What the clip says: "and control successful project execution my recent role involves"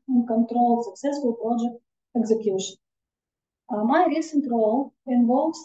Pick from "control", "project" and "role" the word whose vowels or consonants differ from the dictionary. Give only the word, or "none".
none